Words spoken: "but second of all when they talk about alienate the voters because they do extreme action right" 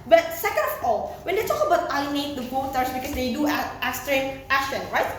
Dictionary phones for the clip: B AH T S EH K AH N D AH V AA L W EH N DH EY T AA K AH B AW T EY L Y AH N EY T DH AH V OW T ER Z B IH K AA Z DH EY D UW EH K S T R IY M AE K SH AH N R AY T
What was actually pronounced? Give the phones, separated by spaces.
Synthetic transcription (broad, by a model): B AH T S EH K AH N D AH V AA L W EH N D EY T AA K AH B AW T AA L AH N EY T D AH B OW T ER S B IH K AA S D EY D UW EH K S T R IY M AE K SH AH N R AY T